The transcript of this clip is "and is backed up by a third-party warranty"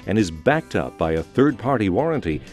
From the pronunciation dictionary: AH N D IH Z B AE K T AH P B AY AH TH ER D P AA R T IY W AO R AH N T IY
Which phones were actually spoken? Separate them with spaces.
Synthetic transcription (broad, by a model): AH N IH Z B AE K T AH P B AY AH TH ER D P AA R T IY W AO R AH N T IY